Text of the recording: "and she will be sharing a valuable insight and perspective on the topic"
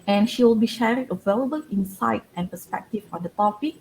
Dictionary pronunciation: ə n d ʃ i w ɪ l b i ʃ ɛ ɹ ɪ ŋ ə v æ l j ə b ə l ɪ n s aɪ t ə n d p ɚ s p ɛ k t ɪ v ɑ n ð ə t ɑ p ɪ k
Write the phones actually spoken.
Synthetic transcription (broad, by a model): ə n ʃ i w ɪ l b i ʃ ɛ ɹ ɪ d ə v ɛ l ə b ə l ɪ n s aɪ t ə n p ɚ s p ɛ k t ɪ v ɑ n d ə t ɑ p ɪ k